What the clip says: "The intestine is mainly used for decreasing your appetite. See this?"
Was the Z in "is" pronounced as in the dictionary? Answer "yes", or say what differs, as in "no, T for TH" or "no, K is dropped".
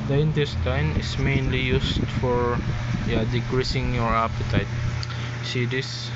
no, S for Z